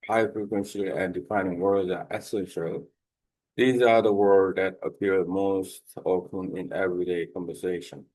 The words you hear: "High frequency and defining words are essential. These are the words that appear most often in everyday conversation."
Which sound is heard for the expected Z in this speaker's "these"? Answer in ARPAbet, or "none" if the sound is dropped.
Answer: Z